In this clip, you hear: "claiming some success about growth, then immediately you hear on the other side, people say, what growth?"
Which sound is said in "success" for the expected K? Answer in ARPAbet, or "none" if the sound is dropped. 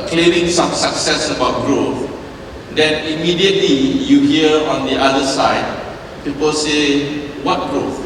K